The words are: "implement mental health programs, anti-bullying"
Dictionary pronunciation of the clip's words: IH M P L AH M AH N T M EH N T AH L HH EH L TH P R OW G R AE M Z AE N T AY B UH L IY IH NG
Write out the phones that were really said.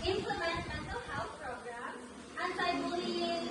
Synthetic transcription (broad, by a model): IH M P L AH M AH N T M EH N T AH L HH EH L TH P R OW G R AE M AE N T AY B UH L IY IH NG